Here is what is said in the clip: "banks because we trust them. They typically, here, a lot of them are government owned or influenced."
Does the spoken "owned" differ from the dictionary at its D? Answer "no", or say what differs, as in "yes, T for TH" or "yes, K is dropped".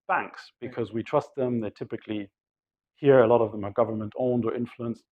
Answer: no